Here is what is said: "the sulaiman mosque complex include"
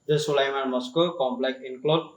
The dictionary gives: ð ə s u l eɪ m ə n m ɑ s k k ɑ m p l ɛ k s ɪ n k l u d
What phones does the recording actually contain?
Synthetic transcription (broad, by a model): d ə s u l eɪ m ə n m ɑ s k k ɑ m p l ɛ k ɪ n k l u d